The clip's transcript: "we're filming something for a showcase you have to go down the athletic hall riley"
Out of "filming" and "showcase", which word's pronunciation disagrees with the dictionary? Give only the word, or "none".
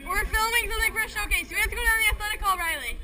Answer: none